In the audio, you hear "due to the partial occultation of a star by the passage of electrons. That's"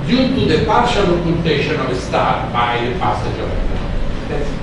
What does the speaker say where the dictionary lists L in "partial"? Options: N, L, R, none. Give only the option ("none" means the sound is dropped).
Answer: L